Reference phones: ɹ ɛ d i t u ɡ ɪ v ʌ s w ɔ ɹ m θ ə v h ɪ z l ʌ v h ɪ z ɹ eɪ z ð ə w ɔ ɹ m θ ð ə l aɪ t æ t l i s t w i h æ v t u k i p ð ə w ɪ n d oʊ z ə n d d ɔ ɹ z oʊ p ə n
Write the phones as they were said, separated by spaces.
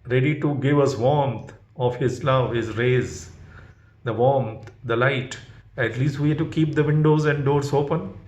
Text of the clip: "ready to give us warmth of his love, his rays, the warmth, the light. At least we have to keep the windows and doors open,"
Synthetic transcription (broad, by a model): ɹ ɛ d i t u ɡ ɪ v ʌ s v ɔ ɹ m t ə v h ɪ z l ʌ v h ɪ z ɹ eɪ z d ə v ɔ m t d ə l aɪ t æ t l i s t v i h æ t u k i p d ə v ɪ n d oʊ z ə n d d ɔ ɹ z oʊ p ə n